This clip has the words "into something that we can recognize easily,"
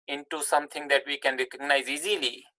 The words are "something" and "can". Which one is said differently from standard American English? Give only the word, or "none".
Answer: something